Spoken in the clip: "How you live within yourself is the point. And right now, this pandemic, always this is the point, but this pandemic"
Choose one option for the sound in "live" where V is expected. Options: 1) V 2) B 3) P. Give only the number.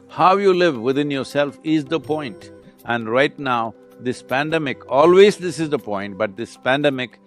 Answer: 1